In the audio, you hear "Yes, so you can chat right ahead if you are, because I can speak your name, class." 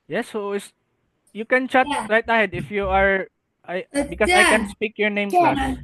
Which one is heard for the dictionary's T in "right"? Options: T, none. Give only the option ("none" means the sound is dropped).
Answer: T